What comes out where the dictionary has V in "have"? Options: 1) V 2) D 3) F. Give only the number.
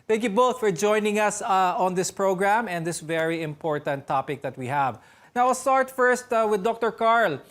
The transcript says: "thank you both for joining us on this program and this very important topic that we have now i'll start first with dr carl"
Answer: 1